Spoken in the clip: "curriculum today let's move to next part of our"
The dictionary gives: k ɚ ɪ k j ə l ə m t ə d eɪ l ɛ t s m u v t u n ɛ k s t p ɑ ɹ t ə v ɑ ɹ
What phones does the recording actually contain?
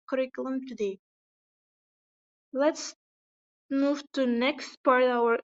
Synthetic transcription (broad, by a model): k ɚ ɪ k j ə l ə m t ə d eɪ l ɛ t s m u v t u n ɛ k s t p ɑ ɹ t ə w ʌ ɹ